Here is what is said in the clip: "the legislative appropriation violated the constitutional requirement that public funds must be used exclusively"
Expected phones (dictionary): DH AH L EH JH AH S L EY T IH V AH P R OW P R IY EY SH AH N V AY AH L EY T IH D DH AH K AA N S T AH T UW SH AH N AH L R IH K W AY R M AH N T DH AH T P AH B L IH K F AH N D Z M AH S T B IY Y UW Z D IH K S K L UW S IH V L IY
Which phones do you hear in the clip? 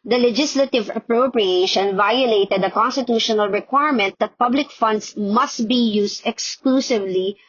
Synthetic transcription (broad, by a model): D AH L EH JH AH S L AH T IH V AH P R OW P R IY EY SH AH N V AY AH L EY T IH D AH K AA N S T AH T UW SH AH N AH L R IH K W AY R M AH N T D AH T P AH B L IH K F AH N D S M AH S T B IY Y UW S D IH K S K L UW S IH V L IY